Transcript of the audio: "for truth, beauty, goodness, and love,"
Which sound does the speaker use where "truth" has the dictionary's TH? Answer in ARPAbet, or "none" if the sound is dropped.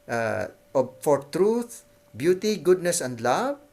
T